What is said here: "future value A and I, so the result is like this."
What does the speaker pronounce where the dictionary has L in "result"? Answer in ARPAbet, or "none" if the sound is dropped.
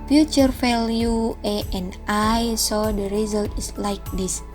L